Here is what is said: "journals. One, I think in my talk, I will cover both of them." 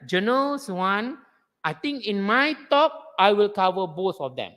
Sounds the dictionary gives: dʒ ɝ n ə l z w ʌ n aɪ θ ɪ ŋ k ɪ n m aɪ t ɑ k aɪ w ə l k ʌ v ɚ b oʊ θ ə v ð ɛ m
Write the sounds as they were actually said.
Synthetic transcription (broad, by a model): dʒ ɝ n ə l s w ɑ n aɪ t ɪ ŋ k ɪ n m aɪ t ɑ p aɪ w ə l k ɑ v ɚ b oʊ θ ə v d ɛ m